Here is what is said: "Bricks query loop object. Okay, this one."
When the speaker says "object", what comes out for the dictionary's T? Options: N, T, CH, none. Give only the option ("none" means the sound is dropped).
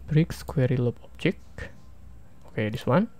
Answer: none